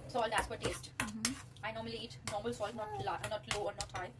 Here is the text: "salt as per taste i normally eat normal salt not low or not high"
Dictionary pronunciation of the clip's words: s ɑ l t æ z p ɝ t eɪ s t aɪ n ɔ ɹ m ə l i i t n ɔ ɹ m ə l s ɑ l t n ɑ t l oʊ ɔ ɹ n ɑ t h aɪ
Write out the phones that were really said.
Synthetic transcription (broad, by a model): s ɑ l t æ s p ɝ t eɪ s t aɪ n ɔ ɹ m ə l i i t n ɔ ɹ m ə l s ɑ l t n ɑ t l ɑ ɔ l n ɑ t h aɪ